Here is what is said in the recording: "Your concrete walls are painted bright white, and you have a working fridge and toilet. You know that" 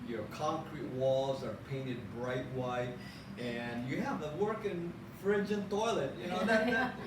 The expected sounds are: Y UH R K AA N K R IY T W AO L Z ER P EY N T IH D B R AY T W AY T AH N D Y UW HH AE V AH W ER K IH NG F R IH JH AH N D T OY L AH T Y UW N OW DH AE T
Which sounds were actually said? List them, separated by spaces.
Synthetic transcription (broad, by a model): Y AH R K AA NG K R IY T W AO L Z ER P EY N T IH D B R AY T W AY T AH N Y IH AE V AH W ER K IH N F R IH JH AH N T OY L AH T Y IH N OW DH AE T